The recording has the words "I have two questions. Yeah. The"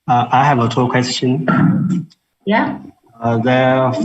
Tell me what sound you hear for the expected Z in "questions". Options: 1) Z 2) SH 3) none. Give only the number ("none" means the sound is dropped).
3